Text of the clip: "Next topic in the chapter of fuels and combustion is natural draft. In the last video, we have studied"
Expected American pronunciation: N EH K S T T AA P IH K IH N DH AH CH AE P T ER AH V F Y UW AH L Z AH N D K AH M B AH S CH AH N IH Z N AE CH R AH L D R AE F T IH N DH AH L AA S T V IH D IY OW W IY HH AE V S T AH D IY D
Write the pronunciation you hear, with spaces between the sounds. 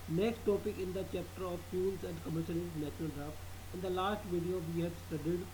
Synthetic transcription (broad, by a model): N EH K S T T AA P IH K IH N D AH CH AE P T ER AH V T Y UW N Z AH N D K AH M AH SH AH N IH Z N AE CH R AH L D R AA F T IH N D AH L AA S T V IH D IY OW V IY HH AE B S T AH D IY D